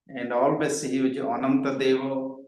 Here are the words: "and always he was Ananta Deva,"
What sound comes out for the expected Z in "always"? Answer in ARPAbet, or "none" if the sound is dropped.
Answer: S